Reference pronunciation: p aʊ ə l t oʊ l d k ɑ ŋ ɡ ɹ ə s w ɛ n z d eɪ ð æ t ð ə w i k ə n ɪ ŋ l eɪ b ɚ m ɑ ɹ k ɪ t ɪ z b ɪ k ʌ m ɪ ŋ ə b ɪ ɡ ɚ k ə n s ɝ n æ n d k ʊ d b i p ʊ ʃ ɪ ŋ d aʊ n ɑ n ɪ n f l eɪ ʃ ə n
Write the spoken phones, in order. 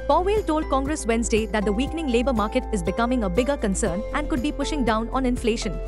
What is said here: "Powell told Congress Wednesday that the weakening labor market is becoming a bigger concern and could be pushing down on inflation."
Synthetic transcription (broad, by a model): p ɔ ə l t oʊ l d k ɑ ŋ ɡ ɹ ə s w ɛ n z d eɪ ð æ t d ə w i k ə n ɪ ŋ l eɪ b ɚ m ɑ ɹ k ɪ t ɪ z b ɪ k ʌ m ɪ ŋ ə b ɪ ɡ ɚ k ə n s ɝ n æ n d k ʊ d b i p ʊ ʃ ɪ ŋ d aʊ n ɑ n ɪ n f l eɪ ʃ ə n